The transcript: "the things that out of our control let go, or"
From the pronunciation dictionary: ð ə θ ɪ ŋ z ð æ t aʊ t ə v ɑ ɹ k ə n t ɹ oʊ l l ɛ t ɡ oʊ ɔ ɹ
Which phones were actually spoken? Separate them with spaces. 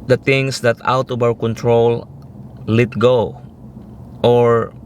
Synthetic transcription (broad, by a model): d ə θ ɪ ŋ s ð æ t aʊ t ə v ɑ w k ə n t ɹ oʊ l l ɛ t ɡ oʊ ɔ ɹ